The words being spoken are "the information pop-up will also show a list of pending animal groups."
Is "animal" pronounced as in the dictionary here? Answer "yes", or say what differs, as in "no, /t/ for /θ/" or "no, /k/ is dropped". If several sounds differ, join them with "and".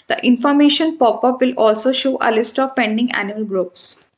no, /m/ is dropped